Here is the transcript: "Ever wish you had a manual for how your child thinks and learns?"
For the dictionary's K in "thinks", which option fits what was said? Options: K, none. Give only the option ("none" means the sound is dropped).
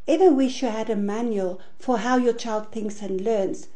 K